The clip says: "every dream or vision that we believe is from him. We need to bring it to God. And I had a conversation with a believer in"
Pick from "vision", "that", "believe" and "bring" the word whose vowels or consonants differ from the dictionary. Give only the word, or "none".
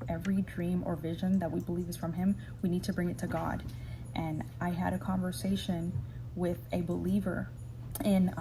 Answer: none